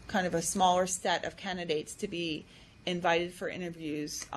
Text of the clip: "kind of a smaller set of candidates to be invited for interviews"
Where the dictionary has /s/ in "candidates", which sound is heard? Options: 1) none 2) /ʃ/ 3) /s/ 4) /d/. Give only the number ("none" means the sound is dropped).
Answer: 3